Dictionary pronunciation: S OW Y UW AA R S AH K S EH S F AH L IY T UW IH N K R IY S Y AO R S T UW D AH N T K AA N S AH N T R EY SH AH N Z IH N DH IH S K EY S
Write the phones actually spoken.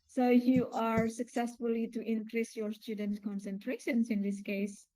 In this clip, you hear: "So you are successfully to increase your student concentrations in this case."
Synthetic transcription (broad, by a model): S OW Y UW AA R S AH K S EH S F AH L IY T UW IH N K R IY S Y AO R S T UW D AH N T K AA N S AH N T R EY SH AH N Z IH N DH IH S K EY S